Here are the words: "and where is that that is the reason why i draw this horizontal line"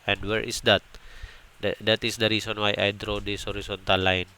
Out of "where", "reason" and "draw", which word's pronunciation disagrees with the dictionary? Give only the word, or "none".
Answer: reason